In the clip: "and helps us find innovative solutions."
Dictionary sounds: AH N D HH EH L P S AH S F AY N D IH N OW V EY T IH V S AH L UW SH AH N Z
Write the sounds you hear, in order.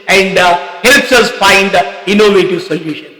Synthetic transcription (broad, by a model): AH N D HH EH L P S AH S F AY N D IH N OW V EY T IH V S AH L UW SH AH N